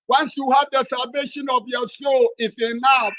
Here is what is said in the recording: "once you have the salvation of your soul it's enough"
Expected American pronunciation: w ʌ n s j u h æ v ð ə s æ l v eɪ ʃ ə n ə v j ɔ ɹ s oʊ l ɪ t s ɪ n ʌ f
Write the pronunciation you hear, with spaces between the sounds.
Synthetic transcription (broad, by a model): w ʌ n s j u h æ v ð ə s æ l v eɪ ʃ ə n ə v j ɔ s oʊ l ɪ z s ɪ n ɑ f